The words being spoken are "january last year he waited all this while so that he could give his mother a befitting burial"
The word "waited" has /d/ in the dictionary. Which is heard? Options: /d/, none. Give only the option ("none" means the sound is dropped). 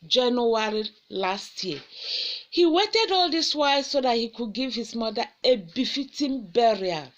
/d/